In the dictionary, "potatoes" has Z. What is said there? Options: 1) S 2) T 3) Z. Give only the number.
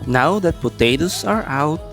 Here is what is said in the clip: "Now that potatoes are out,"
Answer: 1